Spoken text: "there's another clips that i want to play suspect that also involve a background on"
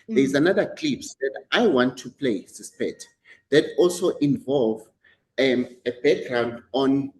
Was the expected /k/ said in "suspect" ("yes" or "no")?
no